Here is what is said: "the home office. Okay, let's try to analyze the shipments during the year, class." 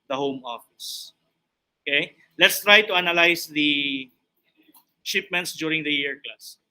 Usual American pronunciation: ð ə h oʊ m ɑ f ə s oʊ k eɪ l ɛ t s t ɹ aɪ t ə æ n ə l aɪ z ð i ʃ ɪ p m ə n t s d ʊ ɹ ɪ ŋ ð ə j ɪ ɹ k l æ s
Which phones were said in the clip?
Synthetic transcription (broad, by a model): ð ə h oʊ m ɑ f ə s oʊ k eɪ l ɛ t s t ɹ aɪ t ə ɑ n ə l aɪ s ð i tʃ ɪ p m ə n t s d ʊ ɹ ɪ ŋ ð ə j ɪ ɹ k l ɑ s